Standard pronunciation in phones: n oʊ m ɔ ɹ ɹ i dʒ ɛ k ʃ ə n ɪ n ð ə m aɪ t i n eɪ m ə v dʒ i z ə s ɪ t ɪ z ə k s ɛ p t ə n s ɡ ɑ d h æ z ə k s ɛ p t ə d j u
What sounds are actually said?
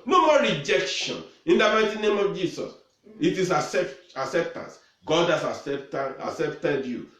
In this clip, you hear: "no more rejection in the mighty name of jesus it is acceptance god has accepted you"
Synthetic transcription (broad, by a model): n oʊ m ɔ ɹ ɹ i dʒ ɛ k ʃ ə n ɪ n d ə m aɪ t i n eɪ m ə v dʒ i s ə s ɪ t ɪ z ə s s ɛ p t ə n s ɡ ɑ d h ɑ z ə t s ɛ p t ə d j u